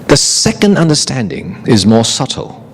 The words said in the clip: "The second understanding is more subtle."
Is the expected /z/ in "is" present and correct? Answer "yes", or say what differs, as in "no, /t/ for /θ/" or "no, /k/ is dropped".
yes